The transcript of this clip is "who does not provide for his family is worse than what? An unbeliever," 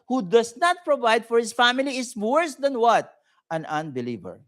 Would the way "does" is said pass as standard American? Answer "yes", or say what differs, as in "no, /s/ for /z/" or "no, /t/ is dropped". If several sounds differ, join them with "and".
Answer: no, /s/ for /z/